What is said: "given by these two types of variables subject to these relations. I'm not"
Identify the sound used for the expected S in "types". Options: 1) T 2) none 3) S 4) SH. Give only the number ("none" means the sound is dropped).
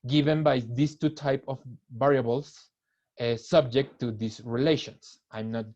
2